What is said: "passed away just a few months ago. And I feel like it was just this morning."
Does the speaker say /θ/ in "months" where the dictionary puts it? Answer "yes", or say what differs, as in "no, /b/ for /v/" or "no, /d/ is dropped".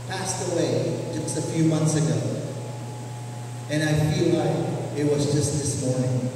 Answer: yes